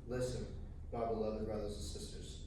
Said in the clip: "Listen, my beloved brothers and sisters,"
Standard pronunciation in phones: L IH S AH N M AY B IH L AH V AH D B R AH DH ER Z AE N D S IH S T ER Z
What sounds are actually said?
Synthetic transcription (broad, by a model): L IH S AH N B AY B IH L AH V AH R B R AH DH ER Z N S IH S T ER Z